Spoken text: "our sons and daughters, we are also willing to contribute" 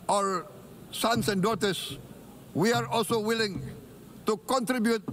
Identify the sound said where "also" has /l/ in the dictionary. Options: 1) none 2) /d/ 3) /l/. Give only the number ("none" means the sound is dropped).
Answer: 3